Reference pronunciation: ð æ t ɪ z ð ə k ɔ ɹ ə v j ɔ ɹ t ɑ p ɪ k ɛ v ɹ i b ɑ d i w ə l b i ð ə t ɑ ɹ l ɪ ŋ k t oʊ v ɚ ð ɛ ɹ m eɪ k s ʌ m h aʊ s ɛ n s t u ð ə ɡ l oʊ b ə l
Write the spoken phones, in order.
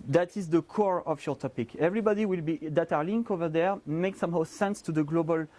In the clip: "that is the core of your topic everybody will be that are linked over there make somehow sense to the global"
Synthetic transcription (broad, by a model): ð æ t ɪ z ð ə k ɔ ɹ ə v j ɔ ɹ t ɑ p ɪ k ɛ v ɹ i b ɑ d i w ə l b i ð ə t ɑ ɹ l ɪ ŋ k oʊ v ɚ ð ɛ ɹ m eɪ k s ʌ m h aʊ s ɛ n s t u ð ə ɡ l oʊ b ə l